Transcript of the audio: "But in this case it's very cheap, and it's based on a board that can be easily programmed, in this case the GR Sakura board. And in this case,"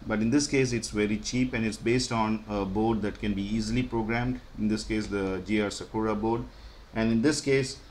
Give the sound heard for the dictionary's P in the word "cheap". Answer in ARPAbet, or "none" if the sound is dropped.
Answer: P